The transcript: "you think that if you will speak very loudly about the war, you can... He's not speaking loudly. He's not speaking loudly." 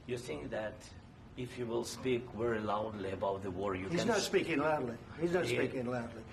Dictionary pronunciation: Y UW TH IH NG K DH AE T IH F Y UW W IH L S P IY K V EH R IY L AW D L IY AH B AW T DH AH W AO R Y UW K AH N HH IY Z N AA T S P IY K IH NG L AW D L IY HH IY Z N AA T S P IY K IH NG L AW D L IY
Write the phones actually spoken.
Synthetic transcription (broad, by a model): Y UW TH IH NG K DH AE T IH F Y UW W IH L S P IY K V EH R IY L AW D L IY AH B AW T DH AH W AO R Y UW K HH IY Z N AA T S P IY K IH NG L AW D L IY HH IY Z N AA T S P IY K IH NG L AW D L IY